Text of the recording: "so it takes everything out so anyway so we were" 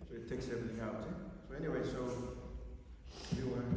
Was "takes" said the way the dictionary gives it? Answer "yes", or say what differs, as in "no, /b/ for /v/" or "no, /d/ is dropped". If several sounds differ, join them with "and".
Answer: yes